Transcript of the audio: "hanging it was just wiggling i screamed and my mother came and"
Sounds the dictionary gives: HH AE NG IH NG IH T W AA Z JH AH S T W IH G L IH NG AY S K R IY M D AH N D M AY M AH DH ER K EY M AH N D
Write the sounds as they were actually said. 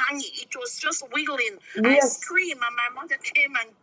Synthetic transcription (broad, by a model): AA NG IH IH T W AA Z JH AH S T W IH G L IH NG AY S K R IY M AH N M AY M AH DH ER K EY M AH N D